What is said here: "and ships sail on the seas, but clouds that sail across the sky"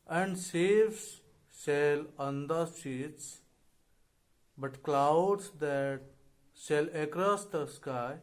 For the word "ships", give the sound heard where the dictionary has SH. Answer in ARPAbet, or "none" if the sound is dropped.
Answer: S